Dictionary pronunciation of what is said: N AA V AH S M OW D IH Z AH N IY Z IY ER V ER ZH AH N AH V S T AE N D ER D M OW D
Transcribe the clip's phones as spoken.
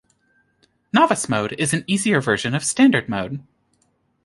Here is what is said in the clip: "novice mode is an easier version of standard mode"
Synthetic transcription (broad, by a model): N AA V AH S M OW D IH Z N IY Z IY ER V ER ZH AH N AH V S T AE N D ER D M OW D